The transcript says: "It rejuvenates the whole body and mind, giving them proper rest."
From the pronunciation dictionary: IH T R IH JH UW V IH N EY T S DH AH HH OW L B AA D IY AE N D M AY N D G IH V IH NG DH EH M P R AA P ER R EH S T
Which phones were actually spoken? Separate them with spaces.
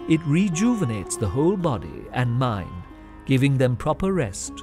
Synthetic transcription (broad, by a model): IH T R IH JH UW V IH N EY T S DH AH HH OW L B AA D IY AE N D M AY N D G IH V IH NG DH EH M P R AA P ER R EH S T